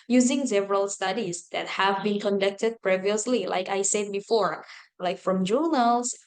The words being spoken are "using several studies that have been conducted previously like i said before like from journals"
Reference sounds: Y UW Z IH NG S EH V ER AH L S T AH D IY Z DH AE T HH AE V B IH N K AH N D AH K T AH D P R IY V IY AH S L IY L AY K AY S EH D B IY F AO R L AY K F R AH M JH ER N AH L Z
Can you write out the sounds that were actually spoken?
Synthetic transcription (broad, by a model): Y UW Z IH NG S EH V ER AH L S T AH D IY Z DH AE T HH AE V B IH N K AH N D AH K T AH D P R IY V IY AH S L IY L AY K AY S EH D B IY F AO R L AY K F R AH M JH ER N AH L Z